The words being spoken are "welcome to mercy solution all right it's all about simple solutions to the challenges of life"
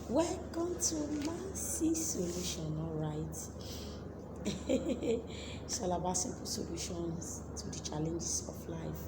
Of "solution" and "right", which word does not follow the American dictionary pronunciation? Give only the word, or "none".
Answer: right